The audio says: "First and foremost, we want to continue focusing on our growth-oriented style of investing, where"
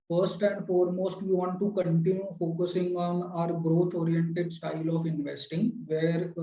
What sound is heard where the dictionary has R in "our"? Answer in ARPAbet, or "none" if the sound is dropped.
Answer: R